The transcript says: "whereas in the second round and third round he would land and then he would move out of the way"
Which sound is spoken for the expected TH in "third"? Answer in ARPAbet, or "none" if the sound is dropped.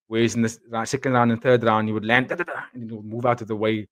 TH